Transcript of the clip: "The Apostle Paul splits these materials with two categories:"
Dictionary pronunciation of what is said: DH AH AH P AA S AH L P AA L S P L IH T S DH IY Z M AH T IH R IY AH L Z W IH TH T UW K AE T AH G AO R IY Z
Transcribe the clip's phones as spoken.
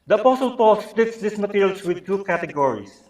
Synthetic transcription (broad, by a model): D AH AH P AA S AH L P AA L S P L IH T S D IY S M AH T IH R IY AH L S W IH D T UW K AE T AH G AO R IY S